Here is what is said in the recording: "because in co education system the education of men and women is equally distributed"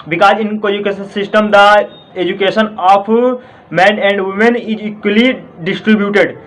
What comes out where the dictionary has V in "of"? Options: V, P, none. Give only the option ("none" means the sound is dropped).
P